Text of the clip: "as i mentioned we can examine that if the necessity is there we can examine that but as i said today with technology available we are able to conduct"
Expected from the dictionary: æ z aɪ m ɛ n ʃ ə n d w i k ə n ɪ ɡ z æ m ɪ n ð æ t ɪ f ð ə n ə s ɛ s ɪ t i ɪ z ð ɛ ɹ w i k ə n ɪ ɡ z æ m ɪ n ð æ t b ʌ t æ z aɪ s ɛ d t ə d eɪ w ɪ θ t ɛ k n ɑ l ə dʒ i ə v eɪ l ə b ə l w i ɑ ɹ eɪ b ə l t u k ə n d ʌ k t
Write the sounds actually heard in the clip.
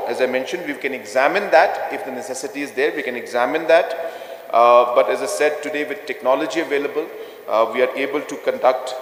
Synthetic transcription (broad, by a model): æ z aɪ m ɛ n ʃ ə n d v i k ə n ɪ ɡ z æ m ɪ n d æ t ɪ f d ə n ə s ɛ s ɪ t i ɪ z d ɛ ɹ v i k ə n ɪ ɡ z æ m ɪ n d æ t b ʌ t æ z aɪ s ɛ d t ə d eɪ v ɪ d t ɛ k n ɑ l ə dʒ i ə v eɪ l ə b ə l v i ɑ ɹ eɪ b ə l t u k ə n d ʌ k t